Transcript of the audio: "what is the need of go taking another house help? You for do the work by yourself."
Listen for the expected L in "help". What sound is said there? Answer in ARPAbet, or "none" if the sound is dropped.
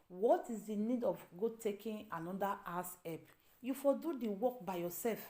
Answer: none